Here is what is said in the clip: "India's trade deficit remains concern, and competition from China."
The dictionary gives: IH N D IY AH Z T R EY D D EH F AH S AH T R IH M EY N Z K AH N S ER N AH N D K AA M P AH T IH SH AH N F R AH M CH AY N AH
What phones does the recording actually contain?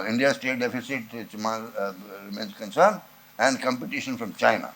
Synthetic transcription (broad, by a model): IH N D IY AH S T EY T D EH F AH S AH T R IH M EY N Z K AH N S ER N AH N D K AA M P AH T IH SH AH N F R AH M CH AY N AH